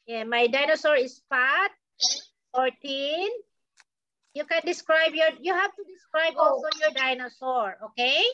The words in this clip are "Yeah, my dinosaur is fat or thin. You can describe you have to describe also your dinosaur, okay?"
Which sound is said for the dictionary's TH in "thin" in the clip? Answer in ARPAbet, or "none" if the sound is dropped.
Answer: T